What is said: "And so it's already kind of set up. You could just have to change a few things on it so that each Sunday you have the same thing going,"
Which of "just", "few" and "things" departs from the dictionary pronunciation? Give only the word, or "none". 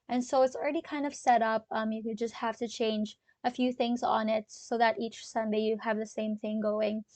none